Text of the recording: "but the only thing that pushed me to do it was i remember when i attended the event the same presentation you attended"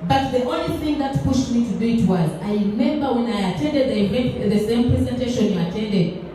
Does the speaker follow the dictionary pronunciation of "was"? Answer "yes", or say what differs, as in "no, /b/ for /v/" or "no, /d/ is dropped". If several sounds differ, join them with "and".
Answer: yes